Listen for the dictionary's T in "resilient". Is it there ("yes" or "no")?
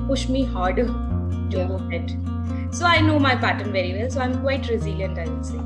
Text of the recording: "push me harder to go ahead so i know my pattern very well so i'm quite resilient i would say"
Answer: yes